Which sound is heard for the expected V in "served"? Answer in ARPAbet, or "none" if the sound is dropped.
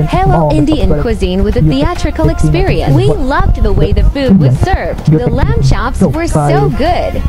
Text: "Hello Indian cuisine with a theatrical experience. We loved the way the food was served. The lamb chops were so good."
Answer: V